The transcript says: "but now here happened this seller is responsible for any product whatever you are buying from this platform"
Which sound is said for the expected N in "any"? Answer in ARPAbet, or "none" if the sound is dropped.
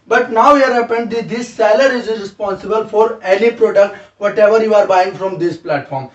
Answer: L